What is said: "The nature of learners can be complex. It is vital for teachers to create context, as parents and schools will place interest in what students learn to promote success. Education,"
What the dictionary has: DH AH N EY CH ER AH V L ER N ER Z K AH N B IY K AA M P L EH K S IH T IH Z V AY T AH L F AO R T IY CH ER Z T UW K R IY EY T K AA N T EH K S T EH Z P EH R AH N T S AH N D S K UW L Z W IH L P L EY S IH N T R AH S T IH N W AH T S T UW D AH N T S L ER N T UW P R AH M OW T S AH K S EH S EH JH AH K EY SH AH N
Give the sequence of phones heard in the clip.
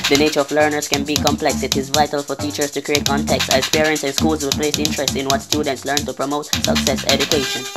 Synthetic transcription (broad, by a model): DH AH N EY CH ER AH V L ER N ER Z K AH N B IY K AA M P L EH K S IH T IH Z V AY T AH L F AO R T IY CH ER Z T UW K R IY EY T K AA N T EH K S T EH S P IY R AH N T S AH N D S K UW L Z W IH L P L EY S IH N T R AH S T IH N W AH T S T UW D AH N T S L ER N T UW P R AH M OW T S AH K S EH S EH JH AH K EY SH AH N